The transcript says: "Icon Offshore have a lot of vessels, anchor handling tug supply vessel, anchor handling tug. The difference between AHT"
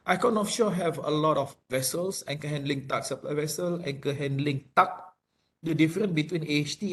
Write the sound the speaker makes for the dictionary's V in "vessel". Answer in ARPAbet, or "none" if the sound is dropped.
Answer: V